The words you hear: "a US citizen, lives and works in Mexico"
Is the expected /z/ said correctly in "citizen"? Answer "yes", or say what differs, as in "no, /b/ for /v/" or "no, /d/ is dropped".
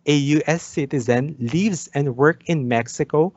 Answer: yes